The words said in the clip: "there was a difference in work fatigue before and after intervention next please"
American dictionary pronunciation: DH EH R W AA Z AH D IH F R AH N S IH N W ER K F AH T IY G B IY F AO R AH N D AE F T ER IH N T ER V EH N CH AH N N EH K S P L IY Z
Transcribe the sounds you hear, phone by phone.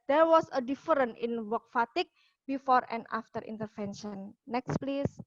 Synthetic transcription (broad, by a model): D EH R W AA S AH D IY F R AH N IH N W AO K F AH T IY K B IY F AO R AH N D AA F T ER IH N T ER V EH N SH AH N N EH K S P L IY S